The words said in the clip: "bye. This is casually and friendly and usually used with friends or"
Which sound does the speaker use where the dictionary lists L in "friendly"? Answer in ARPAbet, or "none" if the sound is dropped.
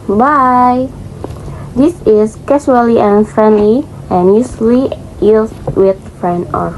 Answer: L